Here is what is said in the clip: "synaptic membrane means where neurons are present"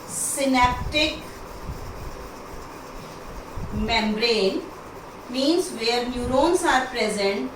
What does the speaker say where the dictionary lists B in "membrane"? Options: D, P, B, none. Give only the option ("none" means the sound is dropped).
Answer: B